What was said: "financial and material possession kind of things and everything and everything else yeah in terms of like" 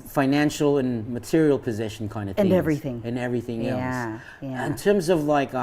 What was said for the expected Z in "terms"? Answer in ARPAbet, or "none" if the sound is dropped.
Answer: Z